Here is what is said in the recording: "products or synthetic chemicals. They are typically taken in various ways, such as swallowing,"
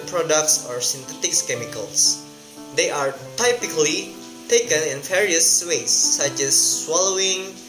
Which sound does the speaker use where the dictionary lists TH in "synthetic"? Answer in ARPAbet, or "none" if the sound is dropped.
T